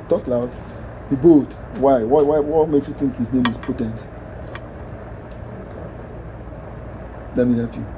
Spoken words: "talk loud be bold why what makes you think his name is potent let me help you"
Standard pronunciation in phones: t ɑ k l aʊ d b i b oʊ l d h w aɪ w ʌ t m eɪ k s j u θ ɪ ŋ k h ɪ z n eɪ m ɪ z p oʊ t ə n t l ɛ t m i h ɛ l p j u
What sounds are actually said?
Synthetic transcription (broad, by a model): t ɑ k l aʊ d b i b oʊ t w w w aɪ w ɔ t m eɪ k s j u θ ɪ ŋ k h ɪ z n eɪ m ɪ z p oʊ t ə n t l ɛ t m i h ɛ l p j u